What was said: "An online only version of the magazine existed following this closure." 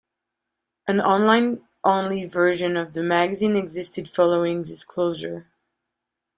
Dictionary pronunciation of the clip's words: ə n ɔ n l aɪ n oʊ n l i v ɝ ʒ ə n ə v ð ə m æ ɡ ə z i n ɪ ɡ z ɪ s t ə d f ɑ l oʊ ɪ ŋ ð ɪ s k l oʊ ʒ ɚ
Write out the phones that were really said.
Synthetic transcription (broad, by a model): ə n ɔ n l aɪ n oʊ n l i v ɝ ʒ ə n ə v ð ə m æ ɡ ə z i n ɪ ɡ z ɪ s t ə d f ɑ l oʊ ɪ ŋ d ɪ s k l oʊ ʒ ɚ